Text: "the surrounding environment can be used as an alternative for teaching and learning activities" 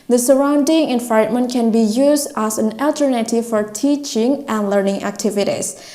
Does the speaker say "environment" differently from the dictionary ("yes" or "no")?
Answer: yes